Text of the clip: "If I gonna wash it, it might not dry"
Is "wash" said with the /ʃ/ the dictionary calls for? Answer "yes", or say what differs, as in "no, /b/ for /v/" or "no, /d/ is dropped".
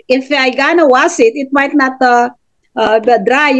no, /s/ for /ʃ/